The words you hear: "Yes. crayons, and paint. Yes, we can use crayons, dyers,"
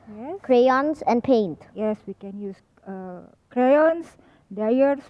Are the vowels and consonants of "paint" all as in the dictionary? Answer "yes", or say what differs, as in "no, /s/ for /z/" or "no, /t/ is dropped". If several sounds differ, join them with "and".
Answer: yes